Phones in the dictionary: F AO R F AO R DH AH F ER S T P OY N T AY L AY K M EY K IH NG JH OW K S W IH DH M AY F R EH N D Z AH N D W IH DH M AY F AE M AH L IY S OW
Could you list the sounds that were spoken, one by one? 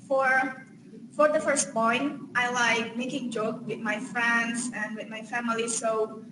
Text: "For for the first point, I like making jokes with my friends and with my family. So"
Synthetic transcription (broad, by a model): F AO R F AO R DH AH F ER S T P OY N T AY L AY K M EY K IH NG JH OW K W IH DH M AY F R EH N D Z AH N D W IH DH M AY F AE M AH L IY S OW